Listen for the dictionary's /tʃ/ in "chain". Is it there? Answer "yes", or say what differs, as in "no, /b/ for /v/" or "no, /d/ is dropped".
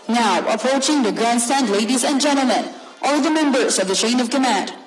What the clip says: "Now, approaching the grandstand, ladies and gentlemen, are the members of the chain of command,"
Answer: no, /ʃ/ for /tʃ/